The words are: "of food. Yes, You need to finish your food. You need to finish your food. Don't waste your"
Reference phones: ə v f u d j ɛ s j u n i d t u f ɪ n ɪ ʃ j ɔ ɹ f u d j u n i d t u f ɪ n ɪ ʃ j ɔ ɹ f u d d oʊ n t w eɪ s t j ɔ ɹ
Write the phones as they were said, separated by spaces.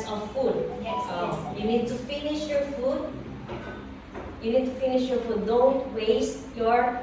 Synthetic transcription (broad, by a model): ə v f u d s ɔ j u n i d t u f ɪ n ɪ ʃ j ɔ ɹ f u d j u n i d t u f ɪ n ɪ ʃ j ɔ ɹ f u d d oʊ n t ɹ eɪ s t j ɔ ɹ